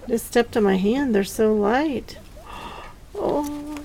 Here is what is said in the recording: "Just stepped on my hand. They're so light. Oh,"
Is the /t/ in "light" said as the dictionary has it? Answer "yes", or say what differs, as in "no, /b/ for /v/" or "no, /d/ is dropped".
yes